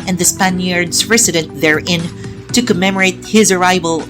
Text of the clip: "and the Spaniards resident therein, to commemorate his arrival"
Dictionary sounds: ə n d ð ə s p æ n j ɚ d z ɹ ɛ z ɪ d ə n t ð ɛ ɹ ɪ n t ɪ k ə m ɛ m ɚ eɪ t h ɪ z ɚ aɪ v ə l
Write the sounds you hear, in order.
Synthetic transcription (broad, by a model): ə n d ð ə s p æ n j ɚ d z ɹ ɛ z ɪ d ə n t ð ɛ ɹ ɪ n t ɪ k ə m ɛ m ɚ eɪ t h ɪ z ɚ aɪ v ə l